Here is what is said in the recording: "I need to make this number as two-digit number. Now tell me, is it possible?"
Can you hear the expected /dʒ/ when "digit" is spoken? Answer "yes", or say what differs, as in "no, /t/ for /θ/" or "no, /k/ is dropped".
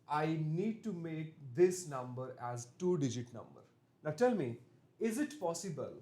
yes